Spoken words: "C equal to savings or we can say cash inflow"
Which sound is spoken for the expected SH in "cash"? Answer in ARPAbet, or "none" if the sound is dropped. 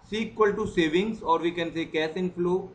S